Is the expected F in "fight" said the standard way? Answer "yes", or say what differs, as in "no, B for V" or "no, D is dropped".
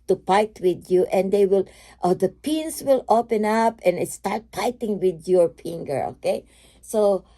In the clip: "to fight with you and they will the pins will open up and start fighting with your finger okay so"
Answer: no, P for F